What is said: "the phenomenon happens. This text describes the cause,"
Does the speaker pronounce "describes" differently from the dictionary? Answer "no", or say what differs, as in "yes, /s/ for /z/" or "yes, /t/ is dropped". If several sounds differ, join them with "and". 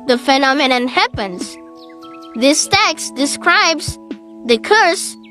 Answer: no